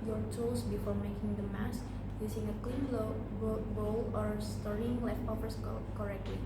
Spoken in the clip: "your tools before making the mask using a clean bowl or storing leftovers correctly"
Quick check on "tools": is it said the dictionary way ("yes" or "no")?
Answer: no